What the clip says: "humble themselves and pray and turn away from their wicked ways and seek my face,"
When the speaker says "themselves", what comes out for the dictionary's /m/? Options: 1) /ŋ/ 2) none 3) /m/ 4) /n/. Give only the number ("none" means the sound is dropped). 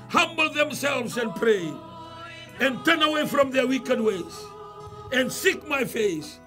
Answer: 3